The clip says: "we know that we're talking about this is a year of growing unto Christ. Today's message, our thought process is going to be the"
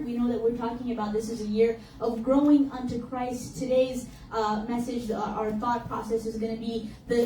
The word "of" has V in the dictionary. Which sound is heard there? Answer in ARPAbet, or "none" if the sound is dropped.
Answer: V